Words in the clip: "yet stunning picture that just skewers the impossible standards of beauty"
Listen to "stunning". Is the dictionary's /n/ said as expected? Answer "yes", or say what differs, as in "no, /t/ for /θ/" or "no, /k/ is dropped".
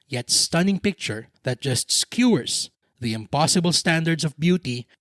yes